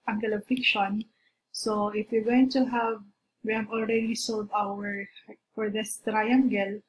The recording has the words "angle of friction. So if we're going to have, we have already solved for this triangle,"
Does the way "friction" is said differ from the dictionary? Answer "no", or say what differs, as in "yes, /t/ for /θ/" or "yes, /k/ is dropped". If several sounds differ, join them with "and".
yes, /ɹ/ is dropped